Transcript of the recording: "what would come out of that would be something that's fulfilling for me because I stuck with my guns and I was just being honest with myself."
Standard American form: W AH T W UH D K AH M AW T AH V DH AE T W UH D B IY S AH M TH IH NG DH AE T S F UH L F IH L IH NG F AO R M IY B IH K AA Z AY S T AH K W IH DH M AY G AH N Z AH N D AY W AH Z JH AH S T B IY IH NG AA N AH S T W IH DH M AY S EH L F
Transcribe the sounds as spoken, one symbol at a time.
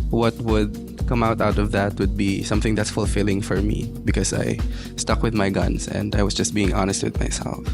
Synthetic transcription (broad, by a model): W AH T W UH D K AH M AW T AH V DH AE T W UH D B IY S AH M TH IH NG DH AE T S F UH L F IH L IH NG F AO R M IY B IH K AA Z AY S T AH K W IH DH M AY G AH N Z AH N D AY W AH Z JH AH S T B IY IH NG AA N AH S T W IH DH M AY S EH L F